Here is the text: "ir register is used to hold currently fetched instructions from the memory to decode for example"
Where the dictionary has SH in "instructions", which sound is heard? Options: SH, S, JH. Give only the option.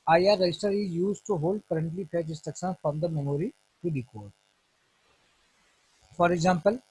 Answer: S